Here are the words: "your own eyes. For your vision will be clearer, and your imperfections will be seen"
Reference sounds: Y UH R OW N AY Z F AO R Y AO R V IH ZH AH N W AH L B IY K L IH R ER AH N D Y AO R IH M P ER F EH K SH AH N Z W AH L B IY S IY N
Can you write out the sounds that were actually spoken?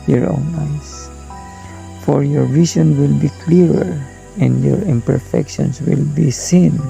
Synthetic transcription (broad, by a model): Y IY R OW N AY S F AO R Y AO R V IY S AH N W AH L B IY K L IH R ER AH N D Y AO R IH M P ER F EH K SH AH N S W AH L B IY S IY N